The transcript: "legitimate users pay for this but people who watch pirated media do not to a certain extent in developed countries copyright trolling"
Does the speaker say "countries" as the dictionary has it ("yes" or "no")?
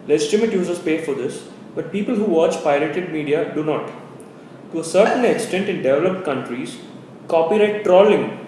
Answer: yes